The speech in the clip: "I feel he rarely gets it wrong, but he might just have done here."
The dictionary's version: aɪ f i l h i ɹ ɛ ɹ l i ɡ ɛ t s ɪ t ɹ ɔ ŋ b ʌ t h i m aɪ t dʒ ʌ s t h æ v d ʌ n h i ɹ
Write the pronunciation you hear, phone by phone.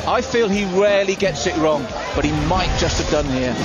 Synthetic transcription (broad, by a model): aɪ f i l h i ɹ ɛ l i ɡ ɛ t s ɪ t ɹ ɔ ŋ b ʌ t h i m aɪ t dʒ ʌ s t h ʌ v d ʌ n h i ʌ